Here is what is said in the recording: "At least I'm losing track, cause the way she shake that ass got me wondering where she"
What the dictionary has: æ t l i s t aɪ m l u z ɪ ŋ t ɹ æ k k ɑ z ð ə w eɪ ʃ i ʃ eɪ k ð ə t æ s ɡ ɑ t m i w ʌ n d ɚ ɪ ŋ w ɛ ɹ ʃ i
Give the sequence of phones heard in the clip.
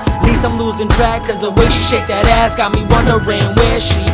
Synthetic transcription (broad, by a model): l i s aɪ m l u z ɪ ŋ t ɹ æ k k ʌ z ð ə w eɪ ʃ i ʃ eɪ k ð ə t æ s ɡ ɑ t m i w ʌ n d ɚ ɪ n w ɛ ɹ ʃ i